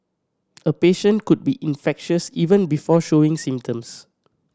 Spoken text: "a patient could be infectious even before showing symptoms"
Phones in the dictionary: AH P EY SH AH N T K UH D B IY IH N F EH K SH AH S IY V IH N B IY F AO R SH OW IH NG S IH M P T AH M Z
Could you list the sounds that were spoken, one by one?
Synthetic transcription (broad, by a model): AH P EY SH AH N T K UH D B IY IH N F EH K SH AH S IY V IH N B IY F AO SH OW IH NG S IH M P T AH M S